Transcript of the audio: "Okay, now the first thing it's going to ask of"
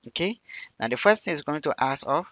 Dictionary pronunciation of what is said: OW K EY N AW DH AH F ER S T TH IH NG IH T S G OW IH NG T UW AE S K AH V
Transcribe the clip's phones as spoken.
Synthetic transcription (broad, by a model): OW K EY N AW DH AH F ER S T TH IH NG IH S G OW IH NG T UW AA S AH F